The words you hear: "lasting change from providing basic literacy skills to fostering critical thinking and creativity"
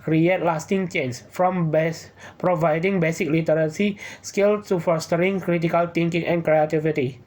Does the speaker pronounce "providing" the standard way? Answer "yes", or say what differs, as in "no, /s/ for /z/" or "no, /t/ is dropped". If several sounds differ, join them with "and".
yes